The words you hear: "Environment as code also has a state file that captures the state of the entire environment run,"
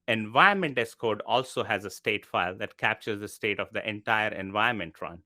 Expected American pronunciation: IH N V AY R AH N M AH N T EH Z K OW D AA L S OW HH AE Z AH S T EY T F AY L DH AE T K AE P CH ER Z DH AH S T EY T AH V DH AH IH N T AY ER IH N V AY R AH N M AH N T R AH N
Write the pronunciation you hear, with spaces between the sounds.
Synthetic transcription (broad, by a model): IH N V AY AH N M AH N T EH S K OW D AA L S OW HH AE Z AH S T EY T F AY L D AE T K AE P CH ER Z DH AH S T EY T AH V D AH IH N T AY ER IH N V AY AH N M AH N T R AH N